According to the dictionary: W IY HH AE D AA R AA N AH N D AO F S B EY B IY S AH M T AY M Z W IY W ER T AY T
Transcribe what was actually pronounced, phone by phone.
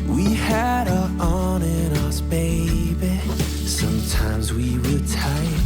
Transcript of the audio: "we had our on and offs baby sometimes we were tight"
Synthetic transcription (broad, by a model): W IY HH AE D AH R AA N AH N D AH S B EY B IY S AH M T AY M Z W IY W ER T AY